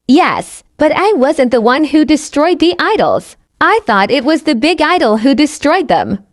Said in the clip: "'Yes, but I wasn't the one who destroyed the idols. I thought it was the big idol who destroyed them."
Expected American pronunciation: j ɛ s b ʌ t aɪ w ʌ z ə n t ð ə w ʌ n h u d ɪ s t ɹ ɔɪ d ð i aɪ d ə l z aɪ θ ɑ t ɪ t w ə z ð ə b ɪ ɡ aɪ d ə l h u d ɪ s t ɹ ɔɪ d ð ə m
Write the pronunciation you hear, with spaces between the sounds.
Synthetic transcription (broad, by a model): j ɛ s b ʌ t aɪ w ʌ z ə n ð ə w ʌ n h u d ɪ s t ɹ ɔɪ d ð i aɪ d l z aɪ θ ɑ t ɪ t w ə z ð ə b ɪ ɡ aɪ d l h u d ɪ s t ɹ ɔɪ d ð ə m